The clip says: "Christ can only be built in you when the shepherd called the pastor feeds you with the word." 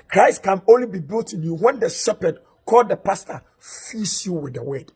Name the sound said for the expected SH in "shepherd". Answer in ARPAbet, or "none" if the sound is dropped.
S